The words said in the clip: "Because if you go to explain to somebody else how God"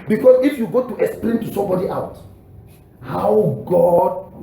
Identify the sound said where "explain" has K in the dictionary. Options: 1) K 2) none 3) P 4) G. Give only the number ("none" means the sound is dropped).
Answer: 1